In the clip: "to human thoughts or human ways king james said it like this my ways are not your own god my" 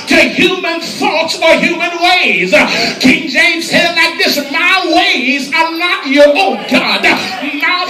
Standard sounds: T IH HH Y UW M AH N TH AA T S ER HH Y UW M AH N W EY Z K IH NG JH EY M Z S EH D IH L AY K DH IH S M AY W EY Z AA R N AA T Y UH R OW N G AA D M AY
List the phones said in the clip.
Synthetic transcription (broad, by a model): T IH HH Y UW M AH N TH AA T S ER HH Y UW M AH N W EY Z K IH NG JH EY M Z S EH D L AY K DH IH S M AY W EY Z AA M N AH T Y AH R OW N G AA D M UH